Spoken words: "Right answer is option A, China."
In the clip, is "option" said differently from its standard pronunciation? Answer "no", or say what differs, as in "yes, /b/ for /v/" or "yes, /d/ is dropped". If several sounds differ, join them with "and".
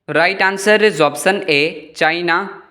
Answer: yes, /s/ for /ʃ/